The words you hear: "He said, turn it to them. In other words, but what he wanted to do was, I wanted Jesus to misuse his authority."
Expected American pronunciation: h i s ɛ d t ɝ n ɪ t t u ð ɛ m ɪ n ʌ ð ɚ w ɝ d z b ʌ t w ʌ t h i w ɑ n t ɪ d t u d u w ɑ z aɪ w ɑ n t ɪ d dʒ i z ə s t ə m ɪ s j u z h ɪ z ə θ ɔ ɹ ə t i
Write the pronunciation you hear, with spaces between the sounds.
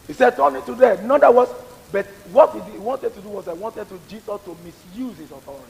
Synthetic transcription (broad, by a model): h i s ɛ d t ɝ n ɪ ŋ t u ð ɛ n ɪ n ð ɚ w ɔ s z b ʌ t w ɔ t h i w ɑ n t ɪ d t u d u w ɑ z aɪ w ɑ n t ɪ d dʒ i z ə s t ə m ɪ s j u z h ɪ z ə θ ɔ ɹ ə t i